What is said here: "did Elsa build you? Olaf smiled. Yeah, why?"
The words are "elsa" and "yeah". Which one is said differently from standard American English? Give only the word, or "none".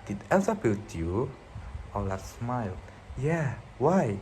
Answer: elsa